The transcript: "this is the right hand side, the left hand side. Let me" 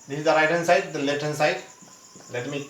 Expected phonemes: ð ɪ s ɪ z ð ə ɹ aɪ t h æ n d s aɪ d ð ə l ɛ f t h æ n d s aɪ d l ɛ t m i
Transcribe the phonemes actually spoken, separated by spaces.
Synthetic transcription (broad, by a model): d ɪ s ɪ z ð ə ɹ aɪ t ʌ n s aɪ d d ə l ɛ t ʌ n s aɪ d l ɛ t m i